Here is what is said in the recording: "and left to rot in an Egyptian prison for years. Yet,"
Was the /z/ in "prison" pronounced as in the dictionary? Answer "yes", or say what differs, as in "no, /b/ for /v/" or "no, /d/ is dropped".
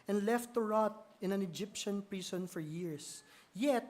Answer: no, /s/ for /z/